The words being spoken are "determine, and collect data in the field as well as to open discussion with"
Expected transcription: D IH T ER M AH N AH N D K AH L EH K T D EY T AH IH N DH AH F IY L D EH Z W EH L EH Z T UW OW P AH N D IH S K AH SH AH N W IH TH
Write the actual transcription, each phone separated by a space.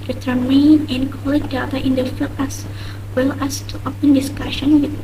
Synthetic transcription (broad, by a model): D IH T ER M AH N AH N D K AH L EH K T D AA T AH IH N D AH F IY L EH S W EH L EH S T UW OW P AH N D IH S K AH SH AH N W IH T